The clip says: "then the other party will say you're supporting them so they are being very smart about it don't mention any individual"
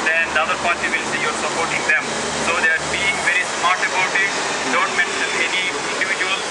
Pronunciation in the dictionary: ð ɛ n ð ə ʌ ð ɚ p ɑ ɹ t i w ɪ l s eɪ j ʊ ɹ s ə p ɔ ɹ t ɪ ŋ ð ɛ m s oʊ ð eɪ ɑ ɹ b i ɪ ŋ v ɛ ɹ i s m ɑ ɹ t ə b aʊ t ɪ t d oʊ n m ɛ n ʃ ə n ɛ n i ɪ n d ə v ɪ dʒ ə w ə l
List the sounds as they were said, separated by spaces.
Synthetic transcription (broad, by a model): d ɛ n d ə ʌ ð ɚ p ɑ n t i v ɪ l s eɪ j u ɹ s ə p ɔ ɹ t ɪ ŋ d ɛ m s oʊ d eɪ ɑ ɹ b i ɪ ŋ v ɛ ɹ i s m ɑ ɹ t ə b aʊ t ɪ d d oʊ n m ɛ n s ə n ɛ n i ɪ n d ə v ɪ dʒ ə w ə l